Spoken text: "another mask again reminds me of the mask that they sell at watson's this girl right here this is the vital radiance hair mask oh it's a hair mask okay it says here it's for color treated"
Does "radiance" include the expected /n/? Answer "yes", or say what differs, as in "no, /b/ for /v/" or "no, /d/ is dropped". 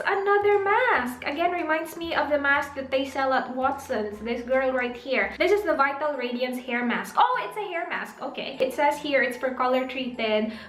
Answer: yes